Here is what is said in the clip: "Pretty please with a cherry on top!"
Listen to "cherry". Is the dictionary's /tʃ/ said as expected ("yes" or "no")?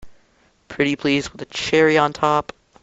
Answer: yes